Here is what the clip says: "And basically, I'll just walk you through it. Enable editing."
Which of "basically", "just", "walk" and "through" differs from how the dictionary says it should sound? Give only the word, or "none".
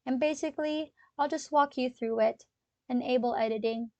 none